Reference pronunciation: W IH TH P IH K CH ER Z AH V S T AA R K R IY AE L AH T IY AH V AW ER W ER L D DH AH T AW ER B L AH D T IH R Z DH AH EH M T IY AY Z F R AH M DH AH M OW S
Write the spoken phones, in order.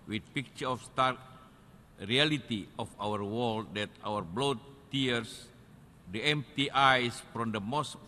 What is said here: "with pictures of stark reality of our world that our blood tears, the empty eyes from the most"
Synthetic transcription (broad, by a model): W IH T P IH K CH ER AH F S T AA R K R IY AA L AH T IY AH F AW ER W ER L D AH T AW ER B L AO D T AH R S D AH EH M T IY AY S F R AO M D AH M OW S